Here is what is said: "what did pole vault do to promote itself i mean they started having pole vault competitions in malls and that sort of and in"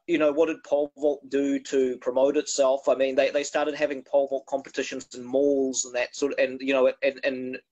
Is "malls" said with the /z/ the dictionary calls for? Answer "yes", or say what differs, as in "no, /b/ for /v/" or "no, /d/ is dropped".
yes